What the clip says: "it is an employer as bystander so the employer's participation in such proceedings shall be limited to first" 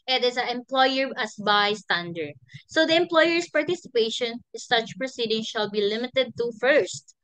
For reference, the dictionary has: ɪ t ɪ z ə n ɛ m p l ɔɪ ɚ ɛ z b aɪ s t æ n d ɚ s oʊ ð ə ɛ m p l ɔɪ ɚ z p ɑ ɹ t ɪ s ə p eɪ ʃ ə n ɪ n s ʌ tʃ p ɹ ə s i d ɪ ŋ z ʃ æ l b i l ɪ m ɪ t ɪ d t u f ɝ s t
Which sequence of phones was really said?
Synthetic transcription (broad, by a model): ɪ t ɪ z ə ɛ m p l ɔɪ ɚ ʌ s b aɪ s t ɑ n d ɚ s oʊ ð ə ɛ m p l ɔɪ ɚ s p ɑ ɹ t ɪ s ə p eɪ ə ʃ ɪ n s ʌ tʃ p ɹ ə s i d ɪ ŋ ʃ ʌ l b i l ɪ m ɪ t ɪ d t u f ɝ s t